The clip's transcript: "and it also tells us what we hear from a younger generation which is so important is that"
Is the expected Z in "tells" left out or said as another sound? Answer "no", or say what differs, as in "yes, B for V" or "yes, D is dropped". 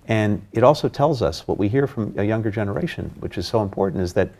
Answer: no